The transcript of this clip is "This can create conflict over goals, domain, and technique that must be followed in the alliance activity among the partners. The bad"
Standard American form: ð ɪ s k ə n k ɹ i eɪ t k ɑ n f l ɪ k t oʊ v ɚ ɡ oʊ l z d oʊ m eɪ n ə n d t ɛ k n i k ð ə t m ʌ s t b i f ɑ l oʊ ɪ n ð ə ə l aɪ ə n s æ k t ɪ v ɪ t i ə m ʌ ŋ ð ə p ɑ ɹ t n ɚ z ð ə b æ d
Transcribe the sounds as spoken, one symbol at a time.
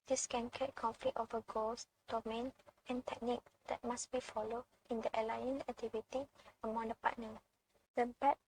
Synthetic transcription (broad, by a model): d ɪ s k ə n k i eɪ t k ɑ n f l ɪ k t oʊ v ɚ ɡ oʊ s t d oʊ m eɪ n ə n t ɛ k n i k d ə t m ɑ s b i f ɑ l oʊ ɪ n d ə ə l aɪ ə n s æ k t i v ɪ t i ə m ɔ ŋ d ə p ɑ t n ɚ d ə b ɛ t